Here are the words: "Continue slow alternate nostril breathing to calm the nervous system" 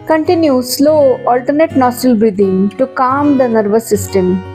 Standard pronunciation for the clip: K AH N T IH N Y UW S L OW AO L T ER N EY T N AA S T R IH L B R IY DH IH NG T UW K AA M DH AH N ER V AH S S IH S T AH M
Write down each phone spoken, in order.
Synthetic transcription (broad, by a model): K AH N T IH N Y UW S L OW AO L T ER N EY T N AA S T IH L B R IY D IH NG T UW K AA M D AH N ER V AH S S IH S T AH M